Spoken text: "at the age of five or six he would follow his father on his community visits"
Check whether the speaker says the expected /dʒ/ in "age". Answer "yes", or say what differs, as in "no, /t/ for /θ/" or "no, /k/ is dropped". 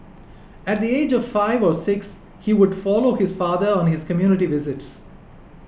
yes